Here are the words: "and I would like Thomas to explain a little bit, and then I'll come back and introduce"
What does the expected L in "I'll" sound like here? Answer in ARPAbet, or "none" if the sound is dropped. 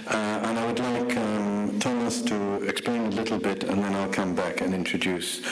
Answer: L